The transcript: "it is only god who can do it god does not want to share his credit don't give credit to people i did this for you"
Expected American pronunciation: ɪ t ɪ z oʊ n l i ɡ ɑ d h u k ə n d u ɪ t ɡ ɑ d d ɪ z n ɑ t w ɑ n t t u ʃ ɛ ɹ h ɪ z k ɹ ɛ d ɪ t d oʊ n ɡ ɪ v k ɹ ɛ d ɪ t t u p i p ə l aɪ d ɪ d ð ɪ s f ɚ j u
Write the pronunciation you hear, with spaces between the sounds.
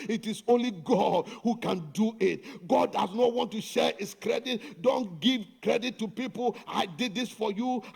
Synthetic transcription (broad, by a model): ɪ t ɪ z oʊ n l i ɡ ɑ d h u k ə n d u ɪ t ɡ ɑ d d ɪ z n ɑ t w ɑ n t t u ʃ ɛ ɹ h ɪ s k ɹ ɛ d ɪ t d oʊ n ɡ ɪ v k ɹ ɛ d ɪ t t u p i p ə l aɪ d ɪ d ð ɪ s f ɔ j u